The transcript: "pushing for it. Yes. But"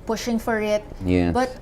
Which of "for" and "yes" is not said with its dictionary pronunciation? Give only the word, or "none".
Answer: yes